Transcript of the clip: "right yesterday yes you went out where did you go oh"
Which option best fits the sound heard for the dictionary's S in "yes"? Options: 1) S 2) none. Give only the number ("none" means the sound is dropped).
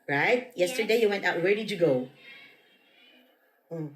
2